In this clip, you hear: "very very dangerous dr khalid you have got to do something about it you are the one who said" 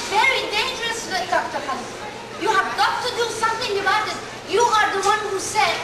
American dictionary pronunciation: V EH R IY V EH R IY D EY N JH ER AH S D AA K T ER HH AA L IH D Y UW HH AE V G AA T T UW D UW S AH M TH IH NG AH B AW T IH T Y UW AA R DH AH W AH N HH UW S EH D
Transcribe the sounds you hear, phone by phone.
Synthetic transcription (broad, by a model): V V EH R IY D EY N JH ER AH S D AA K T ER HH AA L Y UW HH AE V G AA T T UW D UW S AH M T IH NG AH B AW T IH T Y UW AA R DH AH W AH N HH UW S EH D